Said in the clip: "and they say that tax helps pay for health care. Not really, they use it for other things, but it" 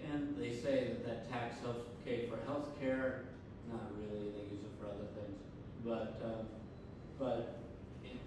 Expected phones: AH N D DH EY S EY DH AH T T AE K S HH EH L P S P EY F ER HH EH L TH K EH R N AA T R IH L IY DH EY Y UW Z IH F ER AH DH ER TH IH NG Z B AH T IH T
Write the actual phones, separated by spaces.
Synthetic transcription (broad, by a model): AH N DH EY S EY DH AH T T AE K S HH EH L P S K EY F ER HH EH L TH K EH R N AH T R IH L IY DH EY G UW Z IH F ER AH DH ER TH IH NG Z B AH T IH T